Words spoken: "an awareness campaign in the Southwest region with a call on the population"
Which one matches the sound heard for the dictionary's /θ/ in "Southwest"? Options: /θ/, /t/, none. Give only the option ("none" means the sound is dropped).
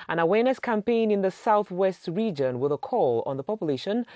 /θ/